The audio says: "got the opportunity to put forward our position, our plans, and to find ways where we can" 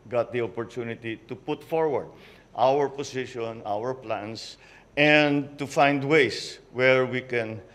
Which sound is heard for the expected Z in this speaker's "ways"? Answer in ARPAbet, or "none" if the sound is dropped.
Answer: S